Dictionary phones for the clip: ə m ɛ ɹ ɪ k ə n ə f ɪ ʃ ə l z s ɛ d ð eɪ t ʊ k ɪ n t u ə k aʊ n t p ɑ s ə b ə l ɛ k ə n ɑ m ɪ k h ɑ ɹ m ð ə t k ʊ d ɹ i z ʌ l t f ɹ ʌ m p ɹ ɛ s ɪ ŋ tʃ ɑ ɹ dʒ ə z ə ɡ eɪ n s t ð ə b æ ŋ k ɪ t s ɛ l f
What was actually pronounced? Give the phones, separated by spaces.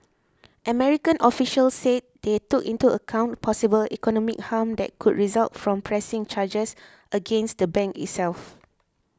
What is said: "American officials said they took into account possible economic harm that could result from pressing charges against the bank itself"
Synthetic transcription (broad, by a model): ə m ɛ ɹ ɪ k ə n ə f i ʃ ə l s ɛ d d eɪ t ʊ k ɪ n t u ə k aʊ n t p ɑ s ə b ə l ɛ k ə n ɑ m ɪ k h ɑ m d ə t k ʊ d ɹ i z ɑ l t f ɹ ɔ m p ɹ ɛ s ɪ ŋ tʃ ɑ dʒ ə s ə ɡ eɪ n s t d ə b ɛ ŋ k ɪ t s ɛ l f